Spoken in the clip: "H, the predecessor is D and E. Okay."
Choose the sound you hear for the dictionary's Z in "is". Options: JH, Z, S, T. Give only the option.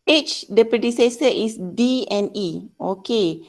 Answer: S